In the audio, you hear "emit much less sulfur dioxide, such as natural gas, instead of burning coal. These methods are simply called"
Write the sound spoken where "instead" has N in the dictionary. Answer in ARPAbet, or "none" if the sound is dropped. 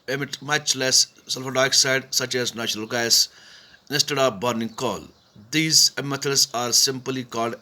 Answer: none